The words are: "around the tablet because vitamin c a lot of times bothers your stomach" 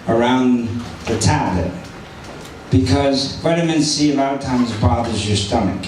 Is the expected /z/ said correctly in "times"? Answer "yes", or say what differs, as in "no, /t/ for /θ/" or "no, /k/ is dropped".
yes